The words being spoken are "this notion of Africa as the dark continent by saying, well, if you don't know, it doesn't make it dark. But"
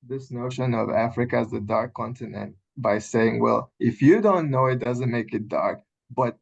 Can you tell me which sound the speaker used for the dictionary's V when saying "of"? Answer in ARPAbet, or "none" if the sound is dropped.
V